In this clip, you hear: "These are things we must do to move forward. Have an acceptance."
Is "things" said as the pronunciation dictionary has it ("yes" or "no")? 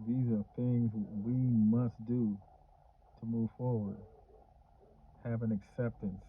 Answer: yes